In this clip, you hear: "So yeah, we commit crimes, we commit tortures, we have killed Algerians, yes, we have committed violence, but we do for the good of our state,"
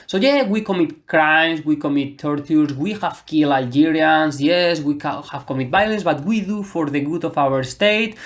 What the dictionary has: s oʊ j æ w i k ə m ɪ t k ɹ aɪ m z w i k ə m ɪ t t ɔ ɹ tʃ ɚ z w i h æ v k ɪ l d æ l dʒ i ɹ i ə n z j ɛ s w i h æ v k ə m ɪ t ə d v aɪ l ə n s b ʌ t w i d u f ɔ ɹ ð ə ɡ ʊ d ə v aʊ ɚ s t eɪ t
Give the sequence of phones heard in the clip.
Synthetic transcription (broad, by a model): s oʊ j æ w i k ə m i t k ɹ aɪ m s w i k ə m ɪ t t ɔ ɹ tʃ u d w i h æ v k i l æ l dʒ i ɹ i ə n s j ɛ s w i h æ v k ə m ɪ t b aɪ l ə n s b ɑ t w i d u f ɔ ɹ ð ə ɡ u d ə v aʊ ɚ s t eɪ t